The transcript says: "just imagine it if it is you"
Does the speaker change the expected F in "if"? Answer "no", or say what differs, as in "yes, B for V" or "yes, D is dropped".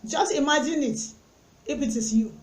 yes, P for F